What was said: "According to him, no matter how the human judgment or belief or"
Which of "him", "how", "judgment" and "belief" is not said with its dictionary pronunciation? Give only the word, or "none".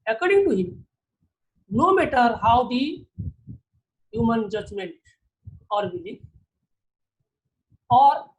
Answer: belief